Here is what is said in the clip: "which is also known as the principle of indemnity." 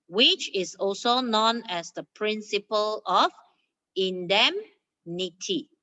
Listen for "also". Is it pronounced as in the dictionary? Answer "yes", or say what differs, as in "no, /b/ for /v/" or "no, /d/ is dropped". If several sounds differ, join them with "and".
yes